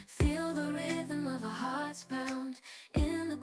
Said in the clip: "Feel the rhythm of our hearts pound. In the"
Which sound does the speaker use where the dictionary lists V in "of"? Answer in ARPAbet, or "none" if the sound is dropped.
V